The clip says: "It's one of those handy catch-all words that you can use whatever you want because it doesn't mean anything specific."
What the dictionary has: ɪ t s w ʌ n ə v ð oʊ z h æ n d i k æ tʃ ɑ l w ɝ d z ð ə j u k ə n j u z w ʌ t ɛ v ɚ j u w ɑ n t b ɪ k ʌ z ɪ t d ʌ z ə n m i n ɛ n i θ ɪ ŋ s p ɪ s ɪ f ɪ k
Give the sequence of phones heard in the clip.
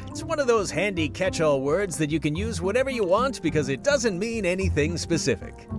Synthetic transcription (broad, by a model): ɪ t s w ʌ n ə v ð oʊ z h æ n d i k æ tʃ ɑ l w ɝ d z ð ə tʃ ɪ k ə n j u z w ʌ t ɛ v ɚ j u w ɑ n t b ɪ k ʌ z ɪ t d ʌ z ə n m i n ɛ n i θ ɪ ŋ s p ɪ s ɪ f ɪ k